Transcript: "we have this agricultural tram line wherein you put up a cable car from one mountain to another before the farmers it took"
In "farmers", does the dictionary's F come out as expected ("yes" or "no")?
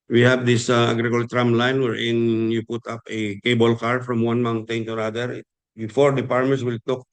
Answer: no